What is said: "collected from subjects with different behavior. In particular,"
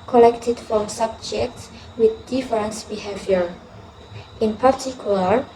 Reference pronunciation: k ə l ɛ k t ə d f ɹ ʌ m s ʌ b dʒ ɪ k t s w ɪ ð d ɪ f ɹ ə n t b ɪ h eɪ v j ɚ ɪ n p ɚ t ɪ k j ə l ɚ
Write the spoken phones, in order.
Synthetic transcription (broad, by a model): k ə l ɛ k t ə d f ɹ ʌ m s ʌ b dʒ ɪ k t s w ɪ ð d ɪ f ɹ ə n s b ɪ h eɪ v j ɚ ɪ n p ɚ t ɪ k j l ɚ